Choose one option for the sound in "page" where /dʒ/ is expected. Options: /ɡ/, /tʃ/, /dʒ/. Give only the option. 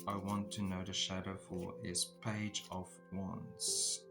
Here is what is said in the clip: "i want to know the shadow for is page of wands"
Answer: /dʒ/